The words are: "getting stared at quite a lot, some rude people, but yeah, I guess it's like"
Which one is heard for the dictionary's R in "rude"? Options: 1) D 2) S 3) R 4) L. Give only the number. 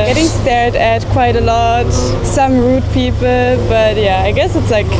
3